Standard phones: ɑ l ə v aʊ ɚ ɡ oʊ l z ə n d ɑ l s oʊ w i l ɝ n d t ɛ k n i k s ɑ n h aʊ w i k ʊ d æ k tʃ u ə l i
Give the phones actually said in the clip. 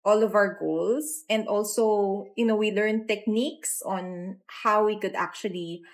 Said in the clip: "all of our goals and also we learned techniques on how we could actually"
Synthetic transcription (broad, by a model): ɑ l ə v aʊ ɚ ɡ oʊ l s ə n d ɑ l s oʊ w i l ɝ n t ɛ k n i k s ɑ n h aʊ w i k ʊ d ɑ k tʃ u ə l i